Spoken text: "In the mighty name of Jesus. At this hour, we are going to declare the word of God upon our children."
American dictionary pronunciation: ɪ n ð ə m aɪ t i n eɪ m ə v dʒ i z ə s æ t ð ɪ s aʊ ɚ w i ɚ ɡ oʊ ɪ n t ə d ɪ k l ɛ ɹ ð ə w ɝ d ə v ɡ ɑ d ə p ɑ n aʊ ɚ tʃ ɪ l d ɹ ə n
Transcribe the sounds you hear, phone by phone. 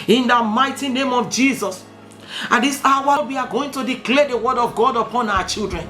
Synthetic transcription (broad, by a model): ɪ n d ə m aɪ t i n eɪ m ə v dʒ i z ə s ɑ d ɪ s aʊ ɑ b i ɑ ɡ oʊ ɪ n t ə d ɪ k l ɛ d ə w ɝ d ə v ɡ ɑ d ə p ɑ n aʊ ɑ tʃ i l d ɹ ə n